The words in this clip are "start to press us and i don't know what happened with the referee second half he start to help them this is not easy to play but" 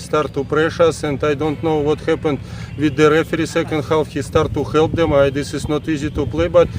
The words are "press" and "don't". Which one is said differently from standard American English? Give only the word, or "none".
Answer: press